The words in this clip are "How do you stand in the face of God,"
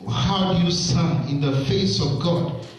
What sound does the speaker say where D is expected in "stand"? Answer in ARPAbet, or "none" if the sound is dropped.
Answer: none